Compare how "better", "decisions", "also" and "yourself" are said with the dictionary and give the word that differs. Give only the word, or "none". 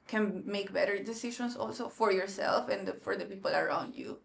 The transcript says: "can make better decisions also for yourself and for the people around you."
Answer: decisions